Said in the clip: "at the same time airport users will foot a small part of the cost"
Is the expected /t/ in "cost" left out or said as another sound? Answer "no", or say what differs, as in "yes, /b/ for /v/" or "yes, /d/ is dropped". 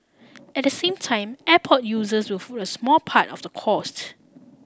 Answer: no